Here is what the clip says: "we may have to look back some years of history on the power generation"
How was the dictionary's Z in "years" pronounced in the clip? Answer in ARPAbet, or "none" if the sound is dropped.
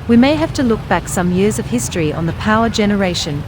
Z